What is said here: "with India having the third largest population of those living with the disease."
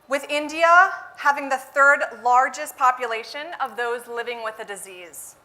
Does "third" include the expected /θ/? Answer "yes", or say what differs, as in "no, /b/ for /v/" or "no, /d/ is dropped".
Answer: yes